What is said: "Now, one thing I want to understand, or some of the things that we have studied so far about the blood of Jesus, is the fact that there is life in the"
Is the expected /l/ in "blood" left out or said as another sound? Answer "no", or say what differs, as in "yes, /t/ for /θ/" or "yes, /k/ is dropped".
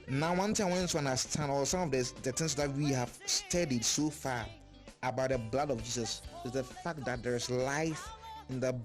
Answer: no